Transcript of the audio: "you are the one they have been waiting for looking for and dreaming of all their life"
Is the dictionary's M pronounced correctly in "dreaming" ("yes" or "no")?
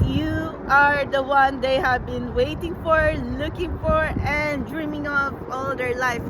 yes